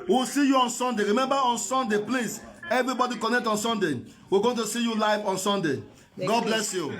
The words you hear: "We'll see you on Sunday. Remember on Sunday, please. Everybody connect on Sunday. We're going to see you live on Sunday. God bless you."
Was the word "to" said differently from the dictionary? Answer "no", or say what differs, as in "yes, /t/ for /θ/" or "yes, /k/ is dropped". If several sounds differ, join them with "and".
no